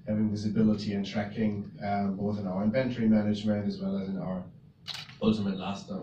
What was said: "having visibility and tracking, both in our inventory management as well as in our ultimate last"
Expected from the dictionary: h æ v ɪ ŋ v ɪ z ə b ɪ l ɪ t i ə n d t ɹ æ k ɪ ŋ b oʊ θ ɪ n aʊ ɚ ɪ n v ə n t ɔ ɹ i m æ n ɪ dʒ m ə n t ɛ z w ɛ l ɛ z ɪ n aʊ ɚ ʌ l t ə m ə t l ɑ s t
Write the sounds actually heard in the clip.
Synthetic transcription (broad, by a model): h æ v ɪ ŋ v ɪ z ə b ɪ l ɪ t i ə n t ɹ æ k ɪ ŋ b oʊ θ ɪ n aʊ ɚ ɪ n v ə n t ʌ ɹ i m æ n ɪ dʒ m ə n t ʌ z w ɛ l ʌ z ɪ n aʊ ɚ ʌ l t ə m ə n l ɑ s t